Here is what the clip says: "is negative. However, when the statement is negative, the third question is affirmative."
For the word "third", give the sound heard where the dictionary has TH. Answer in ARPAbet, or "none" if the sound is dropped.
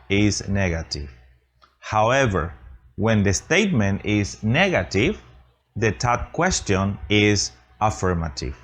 T